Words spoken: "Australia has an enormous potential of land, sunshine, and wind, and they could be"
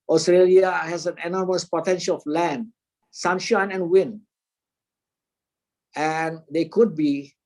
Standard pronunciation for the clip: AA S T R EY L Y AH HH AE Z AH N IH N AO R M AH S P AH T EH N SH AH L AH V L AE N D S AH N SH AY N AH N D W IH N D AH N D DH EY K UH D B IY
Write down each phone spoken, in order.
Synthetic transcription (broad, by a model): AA S T R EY L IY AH HH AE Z AH N IH N AO R M AH S P AH T EH N SH AH L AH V L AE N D S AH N SH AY N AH N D W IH N AH N D EY K UH D B IY